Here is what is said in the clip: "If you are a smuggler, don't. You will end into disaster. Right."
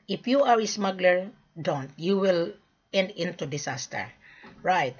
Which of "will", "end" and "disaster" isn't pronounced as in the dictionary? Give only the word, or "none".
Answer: disaster